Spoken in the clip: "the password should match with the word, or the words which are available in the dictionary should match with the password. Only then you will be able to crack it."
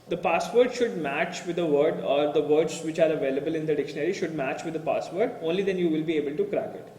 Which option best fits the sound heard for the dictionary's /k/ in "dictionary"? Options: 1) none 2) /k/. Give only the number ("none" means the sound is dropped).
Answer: 2